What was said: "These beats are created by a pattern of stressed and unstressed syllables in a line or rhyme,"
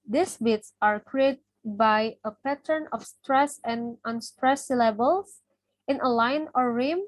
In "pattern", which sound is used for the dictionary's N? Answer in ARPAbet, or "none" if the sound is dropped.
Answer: N